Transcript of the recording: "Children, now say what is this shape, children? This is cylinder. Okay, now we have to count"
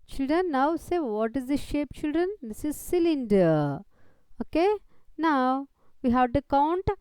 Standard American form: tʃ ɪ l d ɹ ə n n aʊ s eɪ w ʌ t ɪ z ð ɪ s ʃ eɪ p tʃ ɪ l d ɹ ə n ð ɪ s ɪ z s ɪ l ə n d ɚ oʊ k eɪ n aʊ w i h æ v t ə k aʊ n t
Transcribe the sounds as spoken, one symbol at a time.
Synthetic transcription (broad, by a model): tʃ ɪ l d ɹ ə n n aʊ s eɪ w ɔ t ɪ z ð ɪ ʃ eɪ p tʃ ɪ l d ɹ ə n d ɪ s ɪ z s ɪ l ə n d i oʊ k eɪ n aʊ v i h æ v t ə k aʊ n t